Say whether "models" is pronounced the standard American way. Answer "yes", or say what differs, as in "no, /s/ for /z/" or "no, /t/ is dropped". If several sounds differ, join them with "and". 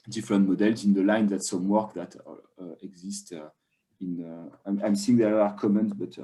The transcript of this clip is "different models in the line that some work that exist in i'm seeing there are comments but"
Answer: yes